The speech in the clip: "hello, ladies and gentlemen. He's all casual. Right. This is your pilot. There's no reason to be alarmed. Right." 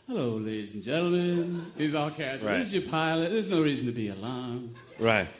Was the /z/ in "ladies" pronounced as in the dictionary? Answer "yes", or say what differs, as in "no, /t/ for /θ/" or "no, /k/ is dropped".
yes